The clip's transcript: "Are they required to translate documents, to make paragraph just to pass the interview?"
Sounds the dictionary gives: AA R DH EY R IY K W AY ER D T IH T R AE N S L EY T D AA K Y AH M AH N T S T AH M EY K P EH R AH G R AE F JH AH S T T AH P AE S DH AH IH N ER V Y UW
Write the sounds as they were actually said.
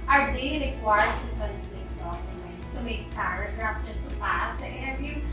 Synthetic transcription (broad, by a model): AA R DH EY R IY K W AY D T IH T AE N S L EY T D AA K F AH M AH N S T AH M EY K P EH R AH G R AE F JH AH S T T AH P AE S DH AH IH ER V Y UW